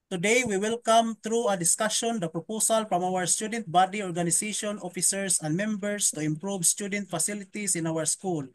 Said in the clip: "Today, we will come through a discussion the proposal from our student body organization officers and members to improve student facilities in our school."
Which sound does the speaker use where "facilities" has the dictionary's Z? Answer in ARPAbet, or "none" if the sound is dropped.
S